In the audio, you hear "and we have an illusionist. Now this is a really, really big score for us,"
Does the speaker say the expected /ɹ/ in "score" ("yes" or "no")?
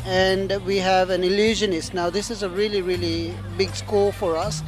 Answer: no